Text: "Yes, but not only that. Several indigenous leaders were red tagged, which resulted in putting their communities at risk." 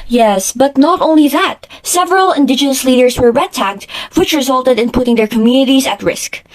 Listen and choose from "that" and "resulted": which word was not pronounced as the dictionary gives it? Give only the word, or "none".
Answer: none